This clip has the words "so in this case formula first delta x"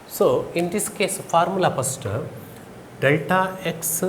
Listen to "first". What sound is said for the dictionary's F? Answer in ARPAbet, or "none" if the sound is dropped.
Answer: P